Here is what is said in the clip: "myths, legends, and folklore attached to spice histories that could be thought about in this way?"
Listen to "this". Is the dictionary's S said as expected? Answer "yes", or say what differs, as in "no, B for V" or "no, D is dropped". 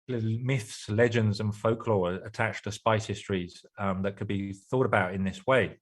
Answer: yes